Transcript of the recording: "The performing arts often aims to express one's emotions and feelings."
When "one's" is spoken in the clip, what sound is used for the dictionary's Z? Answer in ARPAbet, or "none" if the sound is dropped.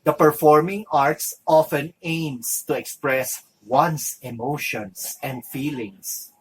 S